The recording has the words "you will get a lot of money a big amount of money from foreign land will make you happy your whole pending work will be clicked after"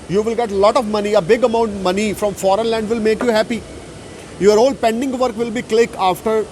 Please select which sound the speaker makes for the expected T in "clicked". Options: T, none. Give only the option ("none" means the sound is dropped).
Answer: none